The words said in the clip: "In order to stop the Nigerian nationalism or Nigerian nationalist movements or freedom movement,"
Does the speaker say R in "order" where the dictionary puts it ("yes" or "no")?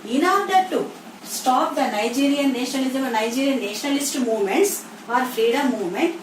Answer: no